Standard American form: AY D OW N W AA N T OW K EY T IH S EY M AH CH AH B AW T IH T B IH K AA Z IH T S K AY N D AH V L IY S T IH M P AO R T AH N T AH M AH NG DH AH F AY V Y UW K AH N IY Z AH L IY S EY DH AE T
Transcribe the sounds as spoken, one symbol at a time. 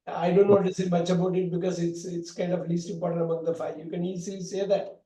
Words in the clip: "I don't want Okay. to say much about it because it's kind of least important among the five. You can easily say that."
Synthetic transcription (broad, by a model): AY D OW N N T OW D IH S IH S M AH CH AH B AW T IH T B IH K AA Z IH T S K AY N D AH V L IY S T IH M P AO R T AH N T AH M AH NG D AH F AY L Y UW K AH N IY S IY S EY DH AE T